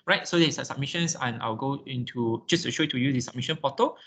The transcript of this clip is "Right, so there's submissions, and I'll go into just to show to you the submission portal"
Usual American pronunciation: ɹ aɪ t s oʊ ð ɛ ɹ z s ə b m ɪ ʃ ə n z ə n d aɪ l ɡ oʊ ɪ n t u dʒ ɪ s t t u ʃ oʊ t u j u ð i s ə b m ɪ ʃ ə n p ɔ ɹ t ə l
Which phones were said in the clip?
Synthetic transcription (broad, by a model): ɹ aɪ t s oʊ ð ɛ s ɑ s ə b m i ʃ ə n s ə n aɪ w ɡ oʊ ɪ n t u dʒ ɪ s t t u ʃ oʊ t u j u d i s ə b m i ʃ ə n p ɔ t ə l